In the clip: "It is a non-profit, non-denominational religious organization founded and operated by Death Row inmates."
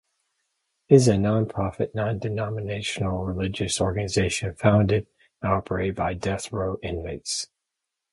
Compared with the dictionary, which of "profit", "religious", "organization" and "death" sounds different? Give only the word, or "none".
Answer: none